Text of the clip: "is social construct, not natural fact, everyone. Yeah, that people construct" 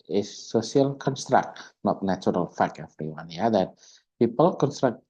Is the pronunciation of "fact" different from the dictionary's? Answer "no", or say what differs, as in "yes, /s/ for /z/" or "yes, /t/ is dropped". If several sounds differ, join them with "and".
yes, /t/ is dropped